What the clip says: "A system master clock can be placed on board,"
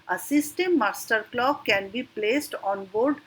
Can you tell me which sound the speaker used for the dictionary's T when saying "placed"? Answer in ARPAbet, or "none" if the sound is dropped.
T